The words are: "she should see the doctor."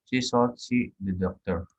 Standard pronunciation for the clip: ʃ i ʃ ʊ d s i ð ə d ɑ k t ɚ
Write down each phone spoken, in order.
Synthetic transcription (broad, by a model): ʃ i s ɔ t s i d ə d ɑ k t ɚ